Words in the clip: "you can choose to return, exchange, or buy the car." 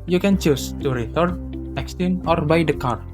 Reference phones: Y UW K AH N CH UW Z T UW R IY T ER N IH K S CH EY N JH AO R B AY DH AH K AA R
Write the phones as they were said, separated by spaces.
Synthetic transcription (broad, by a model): Y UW K AH N CH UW S T UW R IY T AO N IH K S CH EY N AO R B AY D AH K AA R